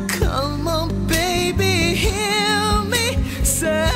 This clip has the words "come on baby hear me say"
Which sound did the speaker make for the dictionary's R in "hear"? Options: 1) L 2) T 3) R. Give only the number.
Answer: 1